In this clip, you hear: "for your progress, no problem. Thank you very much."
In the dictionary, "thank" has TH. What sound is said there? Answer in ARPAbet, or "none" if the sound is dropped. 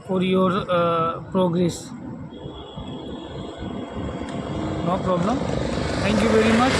T